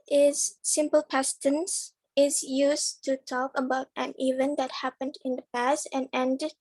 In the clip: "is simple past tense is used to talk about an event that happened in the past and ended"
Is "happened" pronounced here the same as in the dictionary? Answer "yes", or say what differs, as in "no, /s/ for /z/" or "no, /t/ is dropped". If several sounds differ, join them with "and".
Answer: yes